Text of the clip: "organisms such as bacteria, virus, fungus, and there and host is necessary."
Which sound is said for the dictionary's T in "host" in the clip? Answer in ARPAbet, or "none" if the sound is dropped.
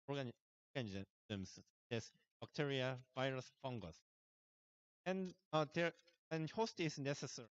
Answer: T